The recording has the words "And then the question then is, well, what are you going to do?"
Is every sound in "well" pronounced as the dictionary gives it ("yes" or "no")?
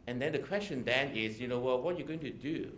no